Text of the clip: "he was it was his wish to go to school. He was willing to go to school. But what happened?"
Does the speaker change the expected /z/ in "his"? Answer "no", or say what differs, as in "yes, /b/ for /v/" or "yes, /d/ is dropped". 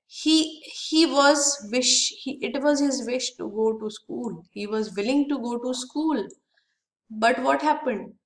no